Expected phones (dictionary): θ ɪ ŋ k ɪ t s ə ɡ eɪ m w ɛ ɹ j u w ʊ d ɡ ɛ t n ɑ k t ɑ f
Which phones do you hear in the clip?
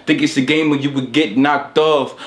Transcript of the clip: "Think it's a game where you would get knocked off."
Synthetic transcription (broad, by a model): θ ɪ ŋ k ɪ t s ə ɡ eɪ m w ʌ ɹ j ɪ w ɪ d ɡ ɛ t n ɑ k t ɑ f